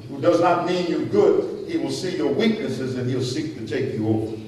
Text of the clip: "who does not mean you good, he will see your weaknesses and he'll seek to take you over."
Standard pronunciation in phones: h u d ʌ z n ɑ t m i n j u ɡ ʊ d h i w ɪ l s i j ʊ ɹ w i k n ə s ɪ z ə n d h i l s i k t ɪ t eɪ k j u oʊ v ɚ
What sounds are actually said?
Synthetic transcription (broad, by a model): h u d ʌ z n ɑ t m i n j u ɡ ʊ d h i w ɪ l s i j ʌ ɹ w i k n ə s ɪ z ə n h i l s i k t ɪ t eɪ k j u oʊ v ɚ